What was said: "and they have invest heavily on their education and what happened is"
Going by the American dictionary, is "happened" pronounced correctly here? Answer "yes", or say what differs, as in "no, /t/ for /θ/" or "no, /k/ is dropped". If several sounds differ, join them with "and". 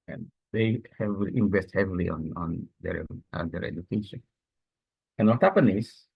no, /d/ is dropped